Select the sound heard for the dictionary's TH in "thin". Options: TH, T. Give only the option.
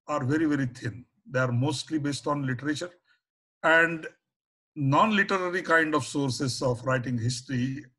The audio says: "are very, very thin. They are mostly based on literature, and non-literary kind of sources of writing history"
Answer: T